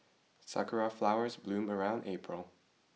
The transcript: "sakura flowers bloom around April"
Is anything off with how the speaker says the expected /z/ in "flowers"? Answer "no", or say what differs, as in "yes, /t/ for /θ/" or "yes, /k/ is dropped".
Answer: no